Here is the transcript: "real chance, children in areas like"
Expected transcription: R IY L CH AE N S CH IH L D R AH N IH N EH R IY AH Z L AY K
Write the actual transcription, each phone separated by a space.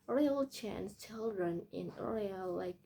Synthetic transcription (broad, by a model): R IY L CH AE N S CH IH L D R AH N IH N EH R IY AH L AY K